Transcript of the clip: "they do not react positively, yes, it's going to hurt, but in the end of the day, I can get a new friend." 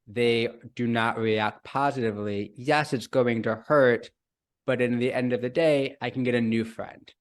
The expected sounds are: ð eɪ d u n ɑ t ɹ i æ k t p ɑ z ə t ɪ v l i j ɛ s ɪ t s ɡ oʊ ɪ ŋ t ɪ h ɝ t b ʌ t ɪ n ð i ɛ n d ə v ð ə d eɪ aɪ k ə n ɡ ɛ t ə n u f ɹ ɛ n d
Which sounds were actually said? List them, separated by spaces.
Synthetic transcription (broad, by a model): ð eɪ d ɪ n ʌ t ɹ i æ k t p ɑ z ə t ɪ v l i j ɛ s ɪ t s ɡ oʊ ɪ ŋ t ɪ h ɝ t b ʌ t ɪ n ð i ɛ n d ə v ð ə d eɪ aɪ k n ɡ ɛ t ə n u f ɹ ɛ n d